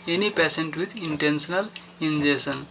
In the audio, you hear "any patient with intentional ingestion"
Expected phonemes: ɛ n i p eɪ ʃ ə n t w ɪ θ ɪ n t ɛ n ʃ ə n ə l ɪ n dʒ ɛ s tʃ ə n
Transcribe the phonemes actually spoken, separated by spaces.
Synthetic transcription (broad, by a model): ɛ n i p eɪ s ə n t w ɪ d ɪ n t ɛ n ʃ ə n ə l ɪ n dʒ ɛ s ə n